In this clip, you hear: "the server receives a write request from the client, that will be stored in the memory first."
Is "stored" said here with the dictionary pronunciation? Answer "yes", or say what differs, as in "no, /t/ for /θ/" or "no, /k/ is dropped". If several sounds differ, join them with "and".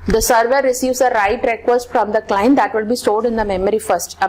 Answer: no, /l/ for /ɹ/